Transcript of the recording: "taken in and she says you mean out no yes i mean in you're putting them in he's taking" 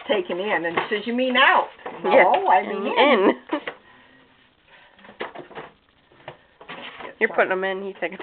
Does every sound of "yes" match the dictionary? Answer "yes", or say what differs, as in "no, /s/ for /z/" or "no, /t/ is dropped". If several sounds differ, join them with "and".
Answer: no, /s/ is dropped